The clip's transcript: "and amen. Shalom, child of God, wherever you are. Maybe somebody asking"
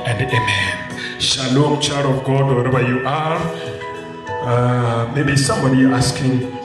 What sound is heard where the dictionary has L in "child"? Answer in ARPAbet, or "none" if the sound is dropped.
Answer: none